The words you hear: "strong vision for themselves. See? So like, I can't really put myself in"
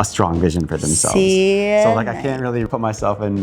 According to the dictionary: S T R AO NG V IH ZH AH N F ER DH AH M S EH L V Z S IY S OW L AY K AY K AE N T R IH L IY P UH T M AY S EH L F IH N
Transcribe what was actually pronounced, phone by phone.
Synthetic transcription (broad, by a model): S T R AO NG V IH ZH AH N F ER DH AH M S EH L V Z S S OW L AY K AY K AE N T R IH L IY P UH T M AY S EH L F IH N